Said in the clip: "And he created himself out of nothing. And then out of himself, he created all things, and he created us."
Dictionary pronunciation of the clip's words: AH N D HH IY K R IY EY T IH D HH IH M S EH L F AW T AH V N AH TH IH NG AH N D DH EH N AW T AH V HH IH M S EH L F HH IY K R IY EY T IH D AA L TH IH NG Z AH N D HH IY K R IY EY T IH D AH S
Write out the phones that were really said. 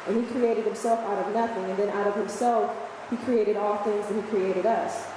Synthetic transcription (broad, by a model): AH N IY K R IY EY T IH D HH IH M S EH L F AW T AH V N AH TH IH NG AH N DH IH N AW T AH V HH IH M S EH L F HH IY K R IY EY T IH D AA L TH IH NG Z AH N HH IY K R IY EY T IH D AH S